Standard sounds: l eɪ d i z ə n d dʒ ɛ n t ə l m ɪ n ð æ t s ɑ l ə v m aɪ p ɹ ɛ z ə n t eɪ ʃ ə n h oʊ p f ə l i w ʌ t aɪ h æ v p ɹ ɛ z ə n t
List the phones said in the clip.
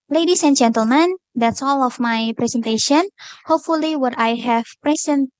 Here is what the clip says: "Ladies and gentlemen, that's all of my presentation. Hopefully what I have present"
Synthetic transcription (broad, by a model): l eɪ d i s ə n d dʒ ɛ n t ə l m ɪ n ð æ t s ɑ l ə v m aɪ p ɹ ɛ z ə n t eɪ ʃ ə n h oʊ p f ə l i w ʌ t aɪ h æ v p ɹ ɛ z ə n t